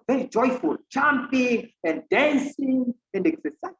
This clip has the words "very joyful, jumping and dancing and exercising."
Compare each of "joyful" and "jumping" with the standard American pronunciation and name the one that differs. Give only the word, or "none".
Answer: jumping